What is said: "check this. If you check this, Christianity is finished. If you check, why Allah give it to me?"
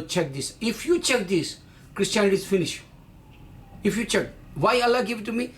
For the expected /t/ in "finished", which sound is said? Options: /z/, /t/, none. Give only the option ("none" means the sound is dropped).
none